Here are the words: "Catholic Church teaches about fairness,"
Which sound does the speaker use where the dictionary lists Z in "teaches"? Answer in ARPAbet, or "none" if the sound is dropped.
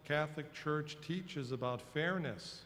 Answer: Z